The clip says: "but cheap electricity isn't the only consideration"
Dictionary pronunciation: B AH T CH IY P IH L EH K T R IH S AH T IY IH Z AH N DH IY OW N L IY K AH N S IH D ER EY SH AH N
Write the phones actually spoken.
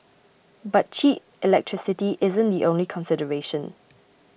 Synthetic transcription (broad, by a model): B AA T CH IY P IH L EH K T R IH S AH T IY IH Z AH N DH IY OW N L IY K AH N S IH D ER EY SH AH N